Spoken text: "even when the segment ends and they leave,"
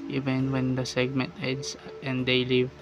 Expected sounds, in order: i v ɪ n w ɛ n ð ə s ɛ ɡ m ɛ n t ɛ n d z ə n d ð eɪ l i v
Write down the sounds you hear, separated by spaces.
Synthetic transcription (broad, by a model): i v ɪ n w ɛ n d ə s ɛ ɡ m ɛ n t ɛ d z ə n d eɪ l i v